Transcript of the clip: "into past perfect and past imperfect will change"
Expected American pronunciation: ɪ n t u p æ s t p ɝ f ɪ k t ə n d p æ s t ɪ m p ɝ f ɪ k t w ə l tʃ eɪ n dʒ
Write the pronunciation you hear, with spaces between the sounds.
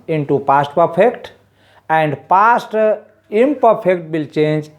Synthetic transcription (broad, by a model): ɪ n t u p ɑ s t p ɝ p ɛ k t ə n d p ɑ s t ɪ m p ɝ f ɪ k t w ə l tʃ eɪ n dʒ